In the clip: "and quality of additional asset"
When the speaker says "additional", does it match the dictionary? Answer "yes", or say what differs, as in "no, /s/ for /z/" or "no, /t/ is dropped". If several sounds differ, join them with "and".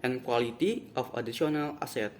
no, /s/ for /ʃ/